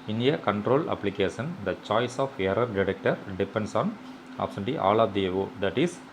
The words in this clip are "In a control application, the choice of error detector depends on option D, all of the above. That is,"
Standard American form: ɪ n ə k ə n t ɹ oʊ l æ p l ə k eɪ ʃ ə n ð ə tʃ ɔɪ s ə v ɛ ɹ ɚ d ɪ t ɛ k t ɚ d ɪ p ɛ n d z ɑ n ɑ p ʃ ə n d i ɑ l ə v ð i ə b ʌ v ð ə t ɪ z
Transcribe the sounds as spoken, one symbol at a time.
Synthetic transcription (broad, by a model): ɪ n ə k ə n t ɹ oʊ l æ p l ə k eɪ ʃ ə n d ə tʃ ɔɪ s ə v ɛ ɹ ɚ d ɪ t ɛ k t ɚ d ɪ p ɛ n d s ɑ n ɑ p s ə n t i ɑ l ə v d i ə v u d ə t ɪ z